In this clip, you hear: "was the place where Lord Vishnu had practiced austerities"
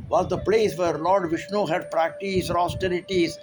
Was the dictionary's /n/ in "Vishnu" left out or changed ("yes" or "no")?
no